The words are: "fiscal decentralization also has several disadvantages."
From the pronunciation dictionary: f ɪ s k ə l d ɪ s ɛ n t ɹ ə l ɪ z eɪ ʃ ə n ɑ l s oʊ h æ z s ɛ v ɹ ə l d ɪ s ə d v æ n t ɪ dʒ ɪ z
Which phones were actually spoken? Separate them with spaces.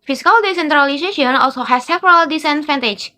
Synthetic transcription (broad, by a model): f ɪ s k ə l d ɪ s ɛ n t ɹ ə l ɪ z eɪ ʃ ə n ɑ l s oʊ h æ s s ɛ p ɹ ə l d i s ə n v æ n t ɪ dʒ